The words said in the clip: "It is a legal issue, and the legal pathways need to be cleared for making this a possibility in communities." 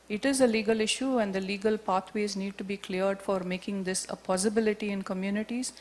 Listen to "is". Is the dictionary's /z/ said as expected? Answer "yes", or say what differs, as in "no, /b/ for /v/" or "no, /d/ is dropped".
yes